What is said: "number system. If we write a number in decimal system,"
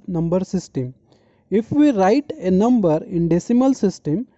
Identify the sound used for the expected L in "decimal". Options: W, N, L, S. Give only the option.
L